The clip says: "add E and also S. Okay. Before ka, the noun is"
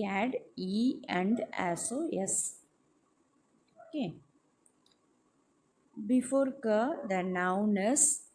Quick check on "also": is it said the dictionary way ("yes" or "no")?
no